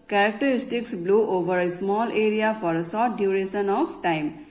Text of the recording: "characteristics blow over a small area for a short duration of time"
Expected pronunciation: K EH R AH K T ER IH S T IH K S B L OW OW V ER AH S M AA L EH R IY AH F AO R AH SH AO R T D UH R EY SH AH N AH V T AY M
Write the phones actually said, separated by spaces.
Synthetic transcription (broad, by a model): K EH R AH K T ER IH S T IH K S B L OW OW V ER AH S M AA L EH R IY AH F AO R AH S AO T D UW R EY S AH N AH P T AY M